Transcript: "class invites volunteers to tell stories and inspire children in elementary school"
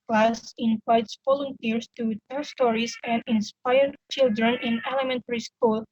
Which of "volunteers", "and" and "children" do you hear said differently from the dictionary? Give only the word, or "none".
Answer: volunteers